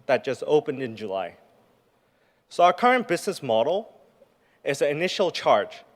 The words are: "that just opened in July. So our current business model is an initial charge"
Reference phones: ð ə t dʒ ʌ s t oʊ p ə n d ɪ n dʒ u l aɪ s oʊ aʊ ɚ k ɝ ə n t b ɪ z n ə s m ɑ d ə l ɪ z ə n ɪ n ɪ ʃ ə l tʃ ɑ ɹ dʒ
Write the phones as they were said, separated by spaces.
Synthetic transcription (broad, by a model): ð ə t dʒ ʌ s t oʊ p ə n d ɪ n dʒ u l aɪ s oʊ aʊ ɚ k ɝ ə n b ɪ z n ə s m ɑ d l ɪ z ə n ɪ n ɪ ʃ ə l tʃ ɑ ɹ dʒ